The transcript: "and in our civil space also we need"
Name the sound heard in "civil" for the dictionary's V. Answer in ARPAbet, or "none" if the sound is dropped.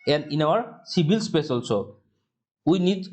B